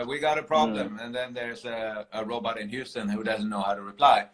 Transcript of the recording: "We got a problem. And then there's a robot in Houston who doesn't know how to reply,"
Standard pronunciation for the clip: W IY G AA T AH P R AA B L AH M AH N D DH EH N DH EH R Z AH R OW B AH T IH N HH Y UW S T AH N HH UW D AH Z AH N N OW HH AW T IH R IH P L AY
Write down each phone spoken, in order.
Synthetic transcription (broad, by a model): W IY G AA T AH P R AA B L AH M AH N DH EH N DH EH R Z AH R OW B AH T IH N HH Y UW S T AH N HH UW D AH Z AH N N OW HH AW T IH R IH P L AY